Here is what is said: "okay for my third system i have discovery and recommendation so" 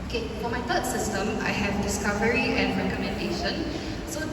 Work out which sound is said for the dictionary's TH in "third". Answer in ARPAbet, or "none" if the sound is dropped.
T